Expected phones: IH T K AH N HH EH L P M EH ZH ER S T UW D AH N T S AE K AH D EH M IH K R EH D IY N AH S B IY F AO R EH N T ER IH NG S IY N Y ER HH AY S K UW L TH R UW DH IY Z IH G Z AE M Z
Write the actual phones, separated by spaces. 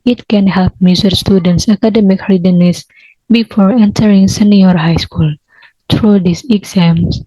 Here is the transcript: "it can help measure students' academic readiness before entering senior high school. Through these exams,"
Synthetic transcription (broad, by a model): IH T K AH N HH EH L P M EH Z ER S T UW D AH N T S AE K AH D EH M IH K R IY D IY N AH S B IY F AO R EH N T ER IH NG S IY N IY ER HH AY S K UW L T R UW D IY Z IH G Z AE M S